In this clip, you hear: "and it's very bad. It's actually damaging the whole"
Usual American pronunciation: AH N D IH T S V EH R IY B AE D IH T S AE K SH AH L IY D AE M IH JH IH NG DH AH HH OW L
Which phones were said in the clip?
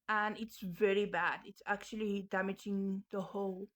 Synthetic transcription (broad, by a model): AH N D IH T S V EH R IY B AE D IH T S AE K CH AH L IY D AE M IH JH IH NG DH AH HH OW L